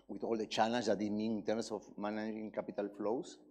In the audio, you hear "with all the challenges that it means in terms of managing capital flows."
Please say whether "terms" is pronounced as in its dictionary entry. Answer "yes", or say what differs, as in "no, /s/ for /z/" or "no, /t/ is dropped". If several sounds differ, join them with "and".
no, /s/ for /z/